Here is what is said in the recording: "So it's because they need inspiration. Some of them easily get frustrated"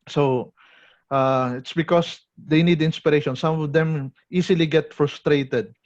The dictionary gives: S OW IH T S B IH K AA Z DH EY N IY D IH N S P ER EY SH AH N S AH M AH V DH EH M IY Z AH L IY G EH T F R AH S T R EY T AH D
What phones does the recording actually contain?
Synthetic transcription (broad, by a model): S OW IH T S B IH K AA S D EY N IY D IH N S P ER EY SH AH N S AH M AH V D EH M IY S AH L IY G EH T F R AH S T R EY T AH D